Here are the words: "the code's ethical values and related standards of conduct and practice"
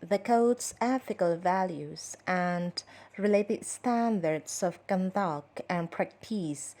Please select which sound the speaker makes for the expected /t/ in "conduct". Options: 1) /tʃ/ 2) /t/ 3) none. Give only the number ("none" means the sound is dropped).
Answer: 3